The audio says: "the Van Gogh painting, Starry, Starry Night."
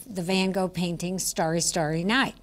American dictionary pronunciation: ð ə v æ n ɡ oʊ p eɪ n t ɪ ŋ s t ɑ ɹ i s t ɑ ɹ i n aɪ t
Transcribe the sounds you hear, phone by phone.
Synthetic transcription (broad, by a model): ð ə v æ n ɡ oʊ p eɪ n t ɪ ŋ s t ɑ ɹ i s t ɑ ɹ i n aɪ t